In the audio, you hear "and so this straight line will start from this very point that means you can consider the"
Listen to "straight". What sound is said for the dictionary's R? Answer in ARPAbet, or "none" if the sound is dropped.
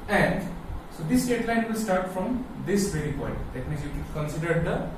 none